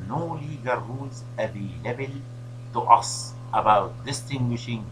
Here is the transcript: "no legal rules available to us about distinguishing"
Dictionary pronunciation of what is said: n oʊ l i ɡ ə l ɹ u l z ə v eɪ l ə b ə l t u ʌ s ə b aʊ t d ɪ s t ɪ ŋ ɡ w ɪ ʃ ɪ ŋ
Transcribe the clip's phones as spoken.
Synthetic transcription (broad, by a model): n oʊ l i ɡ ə ɹ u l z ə b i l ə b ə l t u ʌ s ə b aʊ t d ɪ s t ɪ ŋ ɡ w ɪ ʃ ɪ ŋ